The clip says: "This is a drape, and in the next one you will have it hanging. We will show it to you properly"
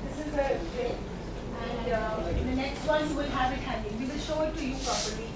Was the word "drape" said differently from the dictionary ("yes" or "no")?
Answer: yes